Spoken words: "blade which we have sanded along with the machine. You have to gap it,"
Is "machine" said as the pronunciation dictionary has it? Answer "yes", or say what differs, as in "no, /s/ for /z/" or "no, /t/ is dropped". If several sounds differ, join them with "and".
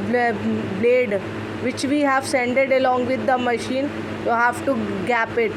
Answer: yes